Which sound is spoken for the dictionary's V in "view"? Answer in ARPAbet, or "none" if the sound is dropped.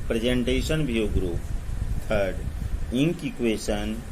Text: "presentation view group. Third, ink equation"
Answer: B